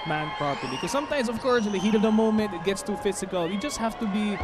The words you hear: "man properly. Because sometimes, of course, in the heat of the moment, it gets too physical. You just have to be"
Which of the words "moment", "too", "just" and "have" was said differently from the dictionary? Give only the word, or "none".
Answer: have